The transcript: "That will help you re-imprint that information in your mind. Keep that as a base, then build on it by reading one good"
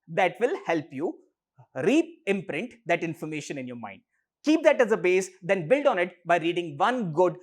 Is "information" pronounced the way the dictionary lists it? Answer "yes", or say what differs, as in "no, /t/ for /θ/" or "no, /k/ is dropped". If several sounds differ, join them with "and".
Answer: yes